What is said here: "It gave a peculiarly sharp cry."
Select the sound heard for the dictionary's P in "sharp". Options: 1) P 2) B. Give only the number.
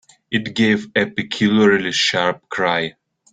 1